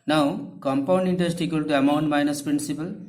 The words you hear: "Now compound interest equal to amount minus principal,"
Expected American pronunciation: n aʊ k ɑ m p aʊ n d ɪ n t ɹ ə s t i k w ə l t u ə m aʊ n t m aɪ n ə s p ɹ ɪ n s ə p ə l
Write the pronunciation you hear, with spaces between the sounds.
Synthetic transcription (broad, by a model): n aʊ k ɑ m p aʊ n d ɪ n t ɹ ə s t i k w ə l t u ə m aʊ n t m aɪ n ə s p ɹ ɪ n s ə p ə l